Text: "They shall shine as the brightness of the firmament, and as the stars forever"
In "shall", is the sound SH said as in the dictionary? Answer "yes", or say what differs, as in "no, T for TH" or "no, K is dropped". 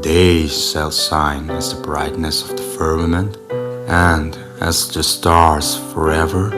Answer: no, S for SH